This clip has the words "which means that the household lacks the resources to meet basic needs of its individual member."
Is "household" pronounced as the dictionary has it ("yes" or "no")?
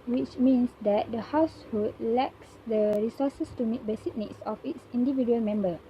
no